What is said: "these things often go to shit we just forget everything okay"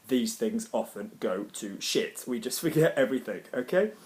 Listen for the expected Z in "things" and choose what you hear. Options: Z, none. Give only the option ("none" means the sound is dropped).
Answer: Z